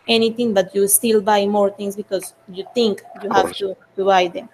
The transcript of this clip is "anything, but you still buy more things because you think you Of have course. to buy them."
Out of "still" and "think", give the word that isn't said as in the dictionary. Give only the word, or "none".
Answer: think